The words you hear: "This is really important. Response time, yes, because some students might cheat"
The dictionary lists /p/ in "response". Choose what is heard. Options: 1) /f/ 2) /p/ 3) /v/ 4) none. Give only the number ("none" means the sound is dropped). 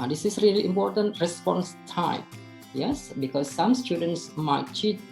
2